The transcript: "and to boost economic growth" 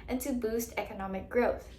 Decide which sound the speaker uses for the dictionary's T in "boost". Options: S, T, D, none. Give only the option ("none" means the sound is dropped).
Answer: T